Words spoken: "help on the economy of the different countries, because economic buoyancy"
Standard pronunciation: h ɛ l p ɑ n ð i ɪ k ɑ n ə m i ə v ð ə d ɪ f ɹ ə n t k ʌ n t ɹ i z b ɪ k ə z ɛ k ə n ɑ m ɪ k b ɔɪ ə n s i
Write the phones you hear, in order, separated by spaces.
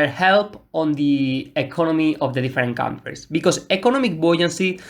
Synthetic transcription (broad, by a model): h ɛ l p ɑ n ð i ɪ k ɑ n ə m i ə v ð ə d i f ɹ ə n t k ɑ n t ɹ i s b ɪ k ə s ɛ k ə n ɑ m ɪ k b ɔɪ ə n s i